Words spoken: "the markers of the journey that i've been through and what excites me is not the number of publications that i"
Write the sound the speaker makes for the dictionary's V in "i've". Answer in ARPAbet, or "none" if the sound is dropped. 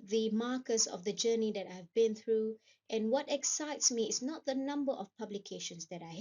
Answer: V